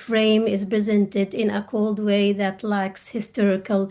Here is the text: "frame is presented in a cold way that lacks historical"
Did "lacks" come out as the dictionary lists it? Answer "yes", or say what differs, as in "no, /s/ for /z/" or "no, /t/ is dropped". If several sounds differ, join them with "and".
yes